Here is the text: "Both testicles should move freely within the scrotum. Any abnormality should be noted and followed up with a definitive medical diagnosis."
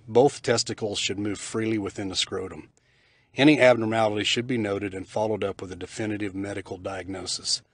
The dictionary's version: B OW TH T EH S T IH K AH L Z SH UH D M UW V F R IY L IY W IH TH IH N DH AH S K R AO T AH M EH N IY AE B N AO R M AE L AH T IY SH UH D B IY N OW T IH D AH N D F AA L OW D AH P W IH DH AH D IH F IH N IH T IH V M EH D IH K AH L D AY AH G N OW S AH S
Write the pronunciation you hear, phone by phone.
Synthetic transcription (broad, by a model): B OW TH T EH S T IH K L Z SH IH D M UW V F R IY L IY W IH TH IH N DH AH S K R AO T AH M EH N IY AE B N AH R AE L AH T IY SH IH D B IY N OW T IH D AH N F AA L OW D AH P W IH DH AH D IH F IH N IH T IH V M EH D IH K L D AY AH G N OW S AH S